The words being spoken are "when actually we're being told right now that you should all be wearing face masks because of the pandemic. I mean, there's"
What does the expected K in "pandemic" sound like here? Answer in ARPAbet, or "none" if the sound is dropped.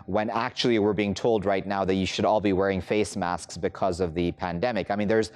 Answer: K